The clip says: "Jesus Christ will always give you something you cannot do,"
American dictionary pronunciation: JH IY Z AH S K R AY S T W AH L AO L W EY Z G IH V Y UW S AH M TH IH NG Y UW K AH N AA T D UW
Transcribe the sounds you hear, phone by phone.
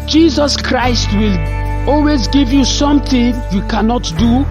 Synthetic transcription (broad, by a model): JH IY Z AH S K R AY S T W AH L AO L W EY Z G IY V Y UW S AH M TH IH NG Y UW K AH N AA T D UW